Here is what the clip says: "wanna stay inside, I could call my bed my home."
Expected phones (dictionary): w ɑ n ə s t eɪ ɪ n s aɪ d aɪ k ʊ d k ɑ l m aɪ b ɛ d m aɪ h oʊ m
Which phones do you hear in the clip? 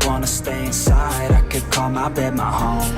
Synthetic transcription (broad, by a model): w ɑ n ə s t eɪ ɪ n s aɪ d aɪ k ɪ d k ɑ l m aɪ b ɛ d m aɪ h oʊ m